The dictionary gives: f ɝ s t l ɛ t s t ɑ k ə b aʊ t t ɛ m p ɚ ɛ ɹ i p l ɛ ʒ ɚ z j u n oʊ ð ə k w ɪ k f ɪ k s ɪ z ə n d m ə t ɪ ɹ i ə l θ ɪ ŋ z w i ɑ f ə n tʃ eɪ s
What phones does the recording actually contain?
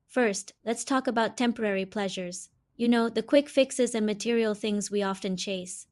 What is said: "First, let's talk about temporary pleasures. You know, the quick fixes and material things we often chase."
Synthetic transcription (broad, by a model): f ɝ s t l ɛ t s t ɑ k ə b aʊ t t ɛ m p ɚ ɛ ɹ i p l ɛ ʒ ɚ z j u n oʊ ð ə k w ɪ k f ɪ k s ɪ z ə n m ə t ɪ ɹ i l θ ɪ ŋ z w i ɑ f ə n tʃ eɪ s